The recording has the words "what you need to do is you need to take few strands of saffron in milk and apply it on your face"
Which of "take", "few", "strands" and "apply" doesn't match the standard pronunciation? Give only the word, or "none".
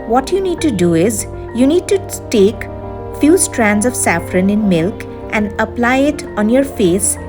none